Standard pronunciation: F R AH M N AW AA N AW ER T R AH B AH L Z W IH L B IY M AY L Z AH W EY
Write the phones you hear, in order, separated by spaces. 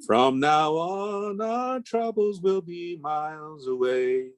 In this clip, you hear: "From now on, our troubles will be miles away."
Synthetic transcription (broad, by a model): F R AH M N AW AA N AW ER T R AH B L Z W IH L B IY M AY L Z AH W EY